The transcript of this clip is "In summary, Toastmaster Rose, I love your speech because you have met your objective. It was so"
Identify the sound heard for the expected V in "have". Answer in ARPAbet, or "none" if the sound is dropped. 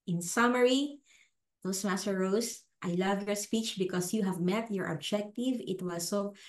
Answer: V